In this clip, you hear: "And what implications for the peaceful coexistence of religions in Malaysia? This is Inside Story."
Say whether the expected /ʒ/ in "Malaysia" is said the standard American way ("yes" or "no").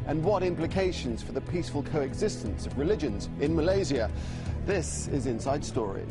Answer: no